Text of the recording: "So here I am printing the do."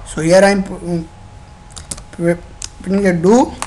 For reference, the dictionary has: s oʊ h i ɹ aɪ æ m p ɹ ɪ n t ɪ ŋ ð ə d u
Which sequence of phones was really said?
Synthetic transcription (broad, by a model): s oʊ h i ɹ aɪ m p ɪ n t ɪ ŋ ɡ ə d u